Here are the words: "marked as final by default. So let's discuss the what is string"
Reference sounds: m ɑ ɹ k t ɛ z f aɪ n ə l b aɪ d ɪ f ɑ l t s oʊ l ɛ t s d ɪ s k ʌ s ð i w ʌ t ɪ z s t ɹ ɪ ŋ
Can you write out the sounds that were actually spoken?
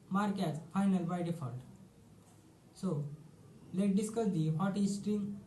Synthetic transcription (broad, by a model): m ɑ ɹ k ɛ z f aɪ n ə l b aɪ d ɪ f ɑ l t s oʊ l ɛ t d ɪ s k ʌ s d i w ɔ t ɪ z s t ɹ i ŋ